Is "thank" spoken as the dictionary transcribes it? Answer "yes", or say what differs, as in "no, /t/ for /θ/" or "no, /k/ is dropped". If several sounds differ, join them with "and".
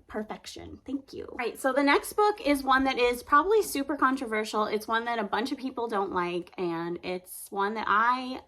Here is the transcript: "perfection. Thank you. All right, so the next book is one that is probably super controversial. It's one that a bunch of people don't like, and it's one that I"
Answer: yes